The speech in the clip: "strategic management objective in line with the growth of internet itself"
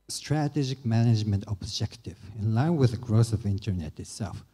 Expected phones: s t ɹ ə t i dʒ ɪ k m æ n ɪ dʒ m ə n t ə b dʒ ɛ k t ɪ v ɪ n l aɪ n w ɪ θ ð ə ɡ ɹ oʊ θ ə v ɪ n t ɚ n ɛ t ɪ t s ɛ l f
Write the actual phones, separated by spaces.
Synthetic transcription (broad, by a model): s t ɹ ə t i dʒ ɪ k m æ n ɪ dʒ m ə n t ə b dʒ ɛ k t ɪ v ɪ n l aɪ n w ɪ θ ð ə ɡ ɹ oʊ s ə v ɪ n t ɚ n ɛ t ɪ t s ɛ l f